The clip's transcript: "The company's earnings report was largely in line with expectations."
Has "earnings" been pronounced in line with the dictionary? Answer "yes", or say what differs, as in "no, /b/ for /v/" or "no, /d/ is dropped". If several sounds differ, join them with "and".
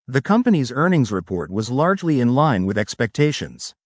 yes